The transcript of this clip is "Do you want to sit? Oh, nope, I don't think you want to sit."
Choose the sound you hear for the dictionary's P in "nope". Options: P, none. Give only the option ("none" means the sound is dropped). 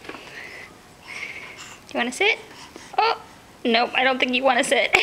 none